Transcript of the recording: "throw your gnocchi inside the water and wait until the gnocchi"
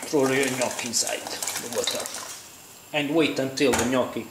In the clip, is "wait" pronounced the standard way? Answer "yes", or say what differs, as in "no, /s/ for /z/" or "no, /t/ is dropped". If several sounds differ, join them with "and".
yes